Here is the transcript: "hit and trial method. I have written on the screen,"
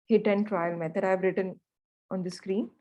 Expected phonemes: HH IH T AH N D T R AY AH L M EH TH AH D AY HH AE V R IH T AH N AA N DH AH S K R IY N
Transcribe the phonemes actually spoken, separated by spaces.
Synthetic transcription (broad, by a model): HH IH T AH N D T R AY AH L M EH T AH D AY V R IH T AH N AA N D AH S K R IY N